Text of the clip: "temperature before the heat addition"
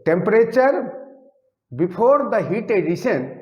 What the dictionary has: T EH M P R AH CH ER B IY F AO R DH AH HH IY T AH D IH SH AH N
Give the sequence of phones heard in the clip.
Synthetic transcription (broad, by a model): T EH M P R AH CH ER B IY P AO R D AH HH IY T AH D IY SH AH N